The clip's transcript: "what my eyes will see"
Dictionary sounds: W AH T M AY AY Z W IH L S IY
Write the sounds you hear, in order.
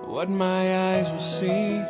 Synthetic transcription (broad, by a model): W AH T M AY AY Z W IH L S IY